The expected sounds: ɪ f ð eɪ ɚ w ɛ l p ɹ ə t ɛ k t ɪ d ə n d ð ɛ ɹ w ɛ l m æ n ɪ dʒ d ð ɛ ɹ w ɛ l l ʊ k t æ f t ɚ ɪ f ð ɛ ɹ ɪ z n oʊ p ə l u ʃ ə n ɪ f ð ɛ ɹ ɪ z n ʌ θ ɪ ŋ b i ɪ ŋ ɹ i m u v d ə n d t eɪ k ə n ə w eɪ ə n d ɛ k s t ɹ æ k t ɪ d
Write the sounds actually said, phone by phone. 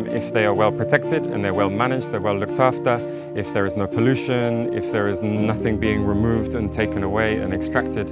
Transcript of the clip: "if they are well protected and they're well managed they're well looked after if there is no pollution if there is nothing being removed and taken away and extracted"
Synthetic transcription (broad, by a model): ɪ f ð eɪ ɚ w ɛ l p ɹ ə t ɛ k t ɪ d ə n ð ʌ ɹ w ɛ l m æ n ɪ dʒ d ð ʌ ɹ w ɛ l l ʊ k t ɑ f t ɚ ɪ f ð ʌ ɹ ɪ z n oʊ p ə l u ʃ ə n ɪ f ð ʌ ɹ ɪ z n ʌ θ ɪ ŋ b i ɪ ŋ ɹ i m u v d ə n t eɪ k ə n ə w eɪ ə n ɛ k s t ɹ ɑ k t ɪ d